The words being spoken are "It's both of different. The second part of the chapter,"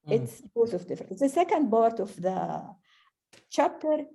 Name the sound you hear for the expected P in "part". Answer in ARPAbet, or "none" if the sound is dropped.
B